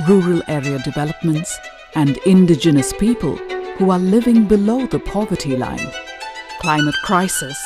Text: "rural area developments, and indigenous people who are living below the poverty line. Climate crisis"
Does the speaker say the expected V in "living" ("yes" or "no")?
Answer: yes